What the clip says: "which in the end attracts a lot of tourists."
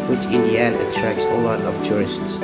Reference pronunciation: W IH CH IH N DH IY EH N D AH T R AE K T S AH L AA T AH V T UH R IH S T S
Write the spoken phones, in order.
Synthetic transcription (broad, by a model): W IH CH IH N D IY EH N AH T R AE K S AH L AA T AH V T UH R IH S T S